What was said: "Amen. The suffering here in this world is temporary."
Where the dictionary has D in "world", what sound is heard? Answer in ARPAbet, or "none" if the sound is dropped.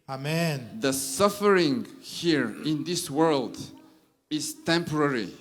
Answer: D